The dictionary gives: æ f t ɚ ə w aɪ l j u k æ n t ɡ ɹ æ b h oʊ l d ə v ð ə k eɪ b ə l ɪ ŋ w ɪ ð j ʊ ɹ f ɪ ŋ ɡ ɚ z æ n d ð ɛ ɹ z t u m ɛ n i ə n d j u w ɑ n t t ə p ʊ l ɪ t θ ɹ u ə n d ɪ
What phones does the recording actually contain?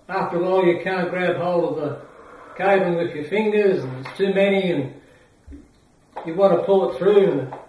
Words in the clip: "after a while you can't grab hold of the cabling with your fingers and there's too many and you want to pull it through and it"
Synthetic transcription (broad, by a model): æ f t ɚ ə l j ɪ k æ n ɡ ɹ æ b h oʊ l ə v ð ə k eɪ ə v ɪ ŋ w ɪ ð j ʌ ɹ f ɪ ŋ ɡ ɚ z n ð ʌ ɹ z t u m ɛ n i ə n j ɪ w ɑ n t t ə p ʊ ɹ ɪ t θ ɹ u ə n